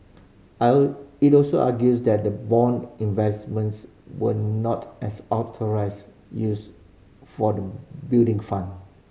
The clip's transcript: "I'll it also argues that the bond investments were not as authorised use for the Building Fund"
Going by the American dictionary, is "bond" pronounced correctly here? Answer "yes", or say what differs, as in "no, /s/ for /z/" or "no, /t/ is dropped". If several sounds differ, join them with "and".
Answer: no, /d/ is dropped